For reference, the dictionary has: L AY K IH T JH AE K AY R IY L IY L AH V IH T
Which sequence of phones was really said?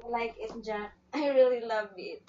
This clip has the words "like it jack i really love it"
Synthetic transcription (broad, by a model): L AY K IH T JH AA AY R IY L IY L AH V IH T